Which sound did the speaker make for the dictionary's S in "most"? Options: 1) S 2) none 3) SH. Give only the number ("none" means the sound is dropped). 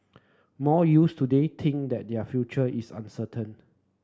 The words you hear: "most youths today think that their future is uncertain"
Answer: 2